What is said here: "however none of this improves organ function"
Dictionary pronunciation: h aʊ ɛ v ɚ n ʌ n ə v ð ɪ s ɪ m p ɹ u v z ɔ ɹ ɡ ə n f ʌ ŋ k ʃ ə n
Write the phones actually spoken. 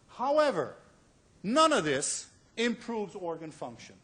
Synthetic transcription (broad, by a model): h aʊ ɛ v ɚ n ʌ n ə v ð ɪ s ɪ m p ɹ u v z ɔ ɹ ɡ ə n f ʌ ŋ k ʃ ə n